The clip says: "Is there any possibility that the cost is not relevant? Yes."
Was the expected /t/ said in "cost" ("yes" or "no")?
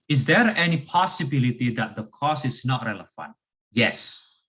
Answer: no